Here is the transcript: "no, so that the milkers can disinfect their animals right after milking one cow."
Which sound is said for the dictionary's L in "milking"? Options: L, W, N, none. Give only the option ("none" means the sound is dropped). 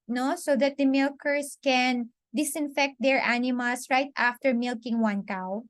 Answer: L